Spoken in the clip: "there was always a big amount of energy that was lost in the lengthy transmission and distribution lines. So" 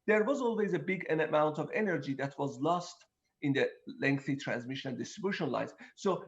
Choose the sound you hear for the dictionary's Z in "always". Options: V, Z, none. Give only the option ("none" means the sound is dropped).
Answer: Z